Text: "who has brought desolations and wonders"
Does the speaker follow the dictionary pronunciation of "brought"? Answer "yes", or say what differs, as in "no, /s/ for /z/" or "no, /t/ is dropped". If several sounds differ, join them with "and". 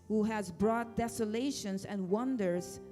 yes